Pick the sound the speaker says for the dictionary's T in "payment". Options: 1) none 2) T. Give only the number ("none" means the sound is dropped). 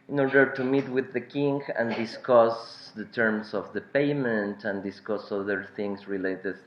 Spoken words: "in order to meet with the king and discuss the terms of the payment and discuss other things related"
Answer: 2